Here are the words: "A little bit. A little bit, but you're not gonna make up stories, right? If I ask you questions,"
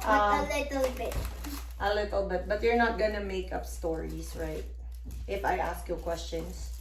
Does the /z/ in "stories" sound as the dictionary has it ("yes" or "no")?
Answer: no